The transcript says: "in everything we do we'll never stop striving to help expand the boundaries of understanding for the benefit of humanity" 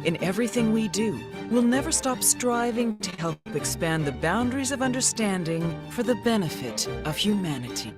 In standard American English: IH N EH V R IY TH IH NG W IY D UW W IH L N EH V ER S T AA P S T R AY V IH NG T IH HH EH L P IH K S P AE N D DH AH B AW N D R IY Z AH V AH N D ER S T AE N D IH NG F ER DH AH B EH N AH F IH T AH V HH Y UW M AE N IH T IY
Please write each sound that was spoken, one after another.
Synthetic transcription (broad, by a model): IH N EH V R IY TH IH NG W IY D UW W IH L N EH V ER S T AA P S T R AY V IH NG T IH HH EH L P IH K S P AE N DH AH B AW N D R IY Z AH V AH N D ER S T AE N D IH NG F ER DH AH B EH N AH F IH T AH V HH Y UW M AE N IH T IY